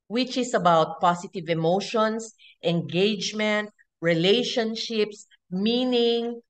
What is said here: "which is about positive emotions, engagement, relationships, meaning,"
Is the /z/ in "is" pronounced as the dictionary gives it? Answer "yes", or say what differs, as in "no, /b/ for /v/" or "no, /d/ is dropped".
no, /s/ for /z/